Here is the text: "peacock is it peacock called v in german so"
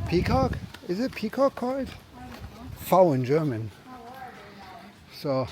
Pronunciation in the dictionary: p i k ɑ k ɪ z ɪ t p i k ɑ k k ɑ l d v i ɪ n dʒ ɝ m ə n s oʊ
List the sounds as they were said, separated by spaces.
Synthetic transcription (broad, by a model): p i k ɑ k ɪ z ɪ t p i k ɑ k k ɑ l d f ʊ ɪ n dʒ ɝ m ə n s oʊ